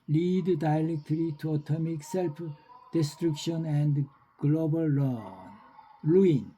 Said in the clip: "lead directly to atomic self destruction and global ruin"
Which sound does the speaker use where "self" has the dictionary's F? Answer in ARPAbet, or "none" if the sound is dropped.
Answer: P